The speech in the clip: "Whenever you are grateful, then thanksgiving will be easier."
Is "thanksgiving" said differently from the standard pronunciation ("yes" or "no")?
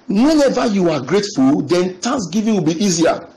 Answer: yes